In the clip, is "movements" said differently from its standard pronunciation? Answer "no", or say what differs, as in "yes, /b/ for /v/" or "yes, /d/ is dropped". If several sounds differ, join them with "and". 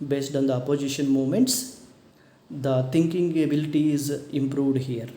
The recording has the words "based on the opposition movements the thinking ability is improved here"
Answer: yes, /v/ is dropped